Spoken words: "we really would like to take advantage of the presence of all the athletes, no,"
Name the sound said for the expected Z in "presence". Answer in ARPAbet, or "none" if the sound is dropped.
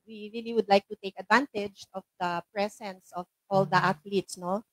S